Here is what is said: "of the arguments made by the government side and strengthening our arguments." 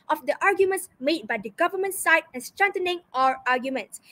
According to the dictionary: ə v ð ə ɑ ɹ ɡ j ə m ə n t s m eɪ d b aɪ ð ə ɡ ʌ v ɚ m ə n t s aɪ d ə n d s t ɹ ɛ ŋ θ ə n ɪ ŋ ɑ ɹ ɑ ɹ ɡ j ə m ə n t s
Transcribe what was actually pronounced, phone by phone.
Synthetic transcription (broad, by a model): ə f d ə ɑ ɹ ɡ j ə m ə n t s m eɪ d b aɪ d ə ɡ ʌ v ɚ m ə n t s aɪ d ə n s t ɹ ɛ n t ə n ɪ ŋ ɑ ɹ ɑ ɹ ɡ j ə m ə n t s